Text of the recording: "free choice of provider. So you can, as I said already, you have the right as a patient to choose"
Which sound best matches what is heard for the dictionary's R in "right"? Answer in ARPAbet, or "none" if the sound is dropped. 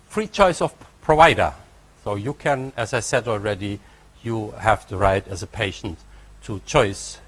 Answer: R